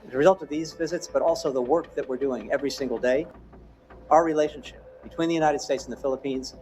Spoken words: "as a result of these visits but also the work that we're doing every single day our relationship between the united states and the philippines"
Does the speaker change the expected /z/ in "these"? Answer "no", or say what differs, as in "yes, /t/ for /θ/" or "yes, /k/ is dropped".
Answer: no